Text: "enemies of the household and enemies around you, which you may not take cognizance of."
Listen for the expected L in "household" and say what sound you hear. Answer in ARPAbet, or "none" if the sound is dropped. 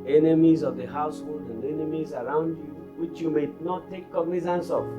L